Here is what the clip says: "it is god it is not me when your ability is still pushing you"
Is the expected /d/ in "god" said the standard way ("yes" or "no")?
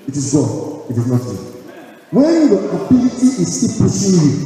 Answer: no